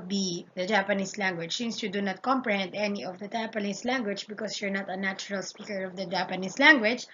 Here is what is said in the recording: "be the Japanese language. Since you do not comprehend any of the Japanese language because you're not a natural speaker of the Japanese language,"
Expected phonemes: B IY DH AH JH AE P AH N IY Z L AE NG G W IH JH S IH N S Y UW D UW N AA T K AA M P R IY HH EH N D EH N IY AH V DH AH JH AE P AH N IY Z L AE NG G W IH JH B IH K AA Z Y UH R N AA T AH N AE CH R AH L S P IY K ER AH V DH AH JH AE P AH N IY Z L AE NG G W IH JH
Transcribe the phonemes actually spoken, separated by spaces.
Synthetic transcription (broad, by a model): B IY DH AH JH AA P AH N IY S L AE NG G W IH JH S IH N S Y UW D UW N AA T K AA M P R IY HH EH N D EH N IY AH V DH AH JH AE P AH N IY S L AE NG G W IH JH B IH K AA S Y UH R N AA T AH N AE CH R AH L S P IY K ER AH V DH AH JH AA P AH N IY S L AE NG G W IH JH